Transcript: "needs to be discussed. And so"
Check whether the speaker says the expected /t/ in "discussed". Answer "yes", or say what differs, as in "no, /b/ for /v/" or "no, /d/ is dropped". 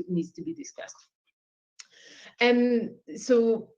yes